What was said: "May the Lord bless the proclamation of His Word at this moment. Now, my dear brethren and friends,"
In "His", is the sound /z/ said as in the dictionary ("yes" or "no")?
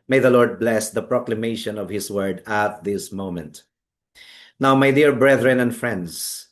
no